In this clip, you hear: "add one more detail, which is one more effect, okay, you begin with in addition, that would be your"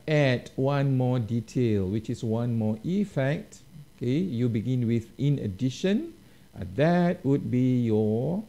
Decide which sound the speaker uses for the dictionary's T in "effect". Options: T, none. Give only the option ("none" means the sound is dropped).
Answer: T